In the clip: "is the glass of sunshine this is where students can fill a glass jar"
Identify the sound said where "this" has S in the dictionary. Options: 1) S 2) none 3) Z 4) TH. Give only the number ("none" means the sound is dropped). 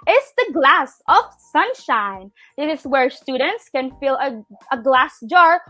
2